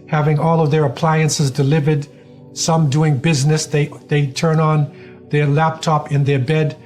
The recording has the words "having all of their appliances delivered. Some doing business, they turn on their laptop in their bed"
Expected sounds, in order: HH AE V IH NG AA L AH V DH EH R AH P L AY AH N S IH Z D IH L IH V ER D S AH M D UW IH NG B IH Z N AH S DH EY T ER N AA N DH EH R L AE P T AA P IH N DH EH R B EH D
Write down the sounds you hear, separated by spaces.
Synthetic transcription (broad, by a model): HH AE V IH NG AA L AH V DH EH R AH P L AY AH N S IH Z D IH L IH V ER D S AH M D UW IH NG B IH Z N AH S DH EY T ER N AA N DH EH R L AE P T AA P IH N DH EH R B EH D